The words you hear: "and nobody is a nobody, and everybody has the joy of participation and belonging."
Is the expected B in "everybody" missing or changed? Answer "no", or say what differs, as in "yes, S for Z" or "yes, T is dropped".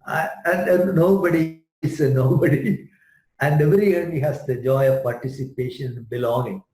yes, B is dropped